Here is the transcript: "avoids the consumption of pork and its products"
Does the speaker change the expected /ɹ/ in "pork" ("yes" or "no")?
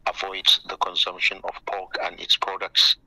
yes